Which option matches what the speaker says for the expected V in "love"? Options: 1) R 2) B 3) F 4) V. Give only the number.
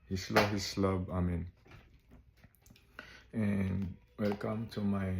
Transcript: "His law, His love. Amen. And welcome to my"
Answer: 2